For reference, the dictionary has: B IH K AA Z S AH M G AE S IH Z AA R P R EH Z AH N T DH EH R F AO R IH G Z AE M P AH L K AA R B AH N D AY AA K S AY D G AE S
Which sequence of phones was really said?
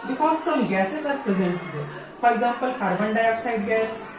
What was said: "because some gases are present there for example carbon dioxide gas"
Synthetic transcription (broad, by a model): B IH K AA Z S AH M G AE S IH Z AA R P R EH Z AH N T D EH F AO R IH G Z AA M P AH L K AA R B AH N D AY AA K S AY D G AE S